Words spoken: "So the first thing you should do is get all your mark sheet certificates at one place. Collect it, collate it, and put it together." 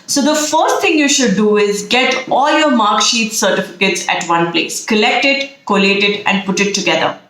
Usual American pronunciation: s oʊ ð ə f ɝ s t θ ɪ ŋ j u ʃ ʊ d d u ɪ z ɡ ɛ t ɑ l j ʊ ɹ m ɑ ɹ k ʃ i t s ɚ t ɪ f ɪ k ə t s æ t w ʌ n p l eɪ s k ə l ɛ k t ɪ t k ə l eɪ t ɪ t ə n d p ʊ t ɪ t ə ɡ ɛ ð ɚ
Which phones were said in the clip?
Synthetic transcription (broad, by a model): s oʊ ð ə f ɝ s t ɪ ŋ j u ʃ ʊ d d u ɪ z ɡ ɛ t ɑ l j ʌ ɹ m ɑ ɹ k ʃ i t s ɚ t ɪ f ɪ k ə t s æ t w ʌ n p l eɪ s k ə l ɛ k t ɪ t k ə l eɪ t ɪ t ə n d p ʊ t ɪ t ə ɡ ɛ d ɚ